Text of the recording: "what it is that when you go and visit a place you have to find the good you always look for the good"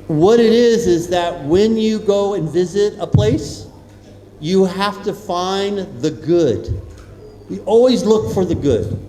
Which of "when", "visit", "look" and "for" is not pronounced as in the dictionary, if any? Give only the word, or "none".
none